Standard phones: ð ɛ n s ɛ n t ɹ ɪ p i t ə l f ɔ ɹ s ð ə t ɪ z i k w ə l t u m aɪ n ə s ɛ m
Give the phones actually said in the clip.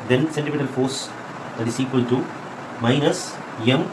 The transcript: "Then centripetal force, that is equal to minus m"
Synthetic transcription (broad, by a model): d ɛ n s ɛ n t ɪ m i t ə l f ɔ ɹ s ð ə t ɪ s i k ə l t u m aɪ n ə s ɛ m